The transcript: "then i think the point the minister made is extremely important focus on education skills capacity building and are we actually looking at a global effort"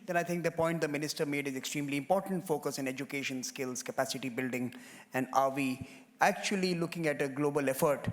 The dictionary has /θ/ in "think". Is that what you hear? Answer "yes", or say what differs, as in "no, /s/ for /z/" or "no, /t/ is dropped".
no, /t/ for /θ/